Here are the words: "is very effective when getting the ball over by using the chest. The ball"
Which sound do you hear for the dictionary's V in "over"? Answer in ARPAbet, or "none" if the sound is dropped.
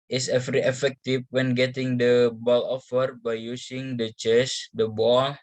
F